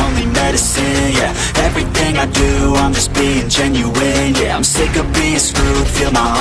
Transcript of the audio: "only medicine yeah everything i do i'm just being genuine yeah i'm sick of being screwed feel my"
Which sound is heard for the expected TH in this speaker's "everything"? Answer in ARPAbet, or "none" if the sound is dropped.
TH